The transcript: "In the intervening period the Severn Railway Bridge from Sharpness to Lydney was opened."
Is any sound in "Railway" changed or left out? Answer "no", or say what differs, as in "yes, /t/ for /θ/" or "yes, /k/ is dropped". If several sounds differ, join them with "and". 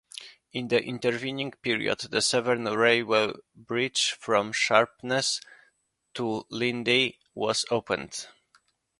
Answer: yes, /l/ is dropped